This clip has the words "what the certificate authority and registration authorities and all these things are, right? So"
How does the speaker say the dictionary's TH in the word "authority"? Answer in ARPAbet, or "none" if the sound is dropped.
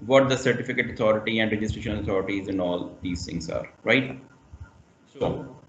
T